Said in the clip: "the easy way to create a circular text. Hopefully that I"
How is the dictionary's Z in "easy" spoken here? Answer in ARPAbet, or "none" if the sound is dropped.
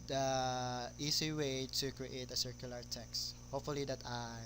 S